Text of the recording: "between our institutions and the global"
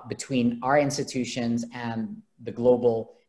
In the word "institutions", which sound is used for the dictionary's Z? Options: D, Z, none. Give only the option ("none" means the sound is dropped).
Z